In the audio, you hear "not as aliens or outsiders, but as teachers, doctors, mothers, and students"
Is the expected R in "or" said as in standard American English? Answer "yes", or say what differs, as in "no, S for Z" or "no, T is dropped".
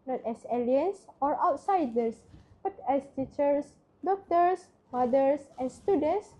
yes